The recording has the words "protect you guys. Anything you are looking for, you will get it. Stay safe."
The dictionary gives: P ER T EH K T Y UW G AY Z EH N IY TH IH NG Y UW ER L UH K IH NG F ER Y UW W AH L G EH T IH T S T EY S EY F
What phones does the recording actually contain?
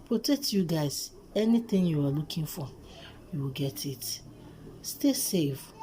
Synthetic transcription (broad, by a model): P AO T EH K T Y UW G AY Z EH N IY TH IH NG Y UW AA L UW K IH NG F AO Y UW W AH L G EH T IH T S T EY S EY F